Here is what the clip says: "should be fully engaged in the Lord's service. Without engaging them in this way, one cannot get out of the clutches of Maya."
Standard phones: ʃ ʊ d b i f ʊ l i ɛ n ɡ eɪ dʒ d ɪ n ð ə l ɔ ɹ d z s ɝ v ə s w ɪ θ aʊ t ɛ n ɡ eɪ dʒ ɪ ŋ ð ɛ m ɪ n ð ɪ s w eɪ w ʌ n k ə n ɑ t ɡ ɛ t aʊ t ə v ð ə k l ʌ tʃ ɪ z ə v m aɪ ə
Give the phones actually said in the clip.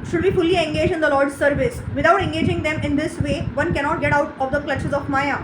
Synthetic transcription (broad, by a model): ʃ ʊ d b i f ʊ l i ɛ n ɡ eɪ dʒ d ɪ n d ə l ɔ ɹ d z s ɝ v ə s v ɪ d aʊ t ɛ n ɡ eɪ dʒ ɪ ŋ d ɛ m ɪ n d ɪ s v eɪ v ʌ n k ə n ɑ t ɡ ɛ t aʊ t ə v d ə k l ʌ tʃ ɪ z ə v m aɪ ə